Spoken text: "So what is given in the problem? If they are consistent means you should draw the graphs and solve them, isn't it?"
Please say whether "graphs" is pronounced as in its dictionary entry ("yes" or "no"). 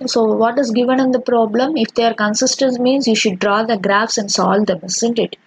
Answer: yes